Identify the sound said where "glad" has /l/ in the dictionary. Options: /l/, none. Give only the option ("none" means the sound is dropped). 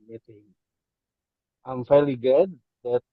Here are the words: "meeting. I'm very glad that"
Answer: none